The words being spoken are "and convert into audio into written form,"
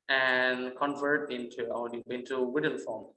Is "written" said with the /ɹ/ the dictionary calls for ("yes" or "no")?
no